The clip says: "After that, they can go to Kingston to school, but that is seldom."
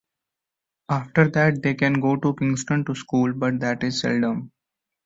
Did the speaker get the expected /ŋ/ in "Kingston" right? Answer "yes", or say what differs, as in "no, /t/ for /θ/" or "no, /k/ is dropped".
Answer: yes